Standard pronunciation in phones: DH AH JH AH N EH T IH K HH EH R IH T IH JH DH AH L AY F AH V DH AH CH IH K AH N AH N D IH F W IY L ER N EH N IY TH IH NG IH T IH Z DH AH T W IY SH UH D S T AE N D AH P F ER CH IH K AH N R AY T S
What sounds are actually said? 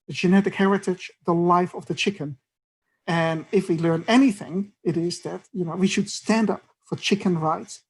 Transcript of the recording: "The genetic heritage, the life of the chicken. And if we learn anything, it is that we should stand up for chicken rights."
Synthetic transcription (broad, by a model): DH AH JH AH N EH T IH K HH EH R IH T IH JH DH AH L AY F AH V DH AH CH IH K AH N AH N IH F W IY L ER N EH N IY TH IH NG IH T IH Z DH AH T W IY SH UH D S T AE N D AH P F ER CH IH K AH N R AY T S